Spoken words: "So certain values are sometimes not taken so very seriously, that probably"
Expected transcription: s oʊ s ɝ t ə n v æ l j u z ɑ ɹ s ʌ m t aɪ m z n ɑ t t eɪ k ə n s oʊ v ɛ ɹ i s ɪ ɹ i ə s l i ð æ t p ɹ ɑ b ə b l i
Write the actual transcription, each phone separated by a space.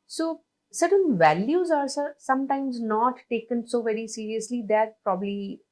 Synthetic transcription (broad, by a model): s oʊ s ɝ t ə n v æ l j u z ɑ ɹ s ʌ m t aɪ m z n ɑ t t eɪ k ə n s oʊ v ɛ ɹ i s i ɹ i ə s l i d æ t p ɹ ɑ b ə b l i